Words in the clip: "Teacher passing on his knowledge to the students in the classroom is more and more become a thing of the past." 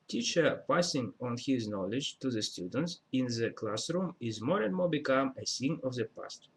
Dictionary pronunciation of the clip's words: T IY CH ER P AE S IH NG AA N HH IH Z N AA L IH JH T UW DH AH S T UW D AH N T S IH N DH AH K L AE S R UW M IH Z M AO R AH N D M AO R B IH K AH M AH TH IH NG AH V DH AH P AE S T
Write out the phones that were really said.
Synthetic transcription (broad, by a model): T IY CH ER P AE S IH NG AA N HH IH Z N AA L IH JH T UW DH AH S T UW D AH N T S IH N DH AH K L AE S R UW M IH Z M AO R AH N D M AO R B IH K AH M AH S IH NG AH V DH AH P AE S T